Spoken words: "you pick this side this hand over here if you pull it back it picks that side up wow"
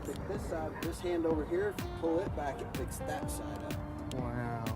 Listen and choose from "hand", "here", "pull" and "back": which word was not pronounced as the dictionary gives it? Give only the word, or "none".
none